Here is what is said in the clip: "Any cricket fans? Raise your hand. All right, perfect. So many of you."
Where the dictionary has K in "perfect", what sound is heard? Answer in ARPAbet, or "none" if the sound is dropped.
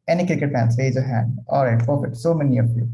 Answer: none